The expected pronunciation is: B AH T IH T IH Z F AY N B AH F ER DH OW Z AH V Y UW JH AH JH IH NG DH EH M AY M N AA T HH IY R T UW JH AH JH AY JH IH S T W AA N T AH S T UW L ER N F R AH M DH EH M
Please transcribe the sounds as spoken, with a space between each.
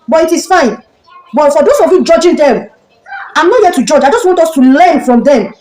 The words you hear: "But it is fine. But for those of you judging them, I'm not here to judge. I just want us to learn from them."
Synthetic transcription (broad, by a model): B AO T IH T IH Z F AY N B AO F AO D OW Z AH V Y UW JH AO JH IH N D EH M AY M N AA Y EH T UW JH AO JH AY JH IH S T W AA N T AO S T UW L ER N F R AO M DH EH M